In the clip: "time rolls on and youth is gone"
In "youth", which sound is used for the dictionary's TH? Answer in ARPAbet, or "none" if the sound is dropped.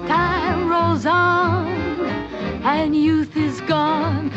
TH